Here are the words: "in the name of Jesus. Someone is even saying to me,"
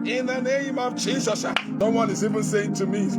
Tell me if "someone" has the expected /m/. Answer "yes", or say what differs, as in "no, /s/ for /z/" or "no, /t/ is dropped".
no, /m/ is dropped